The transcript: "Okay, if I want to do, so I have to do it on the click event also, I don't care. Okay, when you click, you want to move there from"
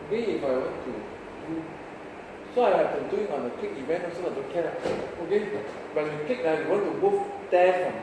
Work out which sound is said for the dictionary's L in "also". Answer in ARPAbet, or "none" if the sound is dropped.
none